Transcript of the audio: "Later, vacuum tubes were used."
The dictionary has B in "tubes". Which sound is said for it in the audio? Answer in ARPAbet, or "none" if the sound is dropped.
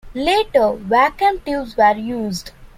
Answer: none